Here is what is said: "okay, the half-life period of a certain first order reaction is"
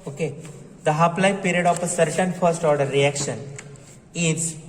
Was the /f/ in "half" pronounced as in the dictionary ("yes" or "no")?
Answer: no